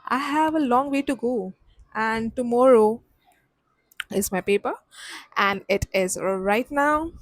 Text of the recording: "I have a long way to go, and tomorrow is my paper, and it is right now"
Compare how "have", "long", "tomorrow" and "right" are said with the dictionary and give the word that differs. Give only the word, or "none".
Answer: none